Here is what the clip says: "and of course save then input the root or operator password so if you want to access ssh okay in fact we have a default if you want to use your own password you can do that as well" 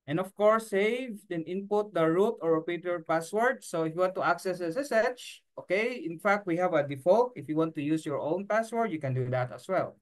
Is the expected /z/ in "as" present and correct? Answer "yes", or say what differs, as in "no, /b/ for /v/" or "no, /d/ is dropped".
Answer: no, /s/ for /z/